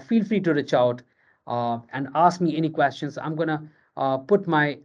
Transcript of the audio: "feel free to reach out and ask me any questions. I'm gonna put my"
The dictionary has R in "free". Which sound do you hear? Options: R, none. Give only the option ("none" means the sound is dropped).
R